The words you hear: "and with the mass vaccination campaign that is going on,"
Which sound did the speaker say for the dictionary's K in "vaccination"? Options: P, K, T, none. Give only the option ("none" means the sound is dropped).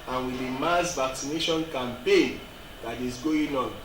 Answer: K